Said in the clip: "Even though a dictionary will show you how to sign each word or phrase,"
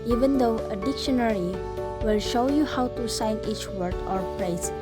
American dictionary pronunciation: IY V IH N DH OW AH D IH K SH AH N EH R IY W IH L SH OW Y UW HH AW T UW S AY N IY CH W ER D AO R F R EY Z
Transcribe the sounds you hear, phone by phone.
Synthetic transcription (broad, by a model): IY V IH N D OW AH D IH K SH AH N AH R IY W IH L SH OW Y UW HH AW T UW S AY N IY CH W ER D AO R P R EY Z